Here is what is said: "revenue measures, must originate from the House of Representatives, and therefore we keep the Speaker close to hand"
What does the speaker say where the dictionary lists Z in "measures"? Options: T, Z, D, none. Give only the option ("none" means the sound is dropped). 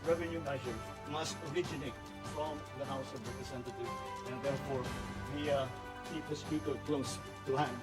none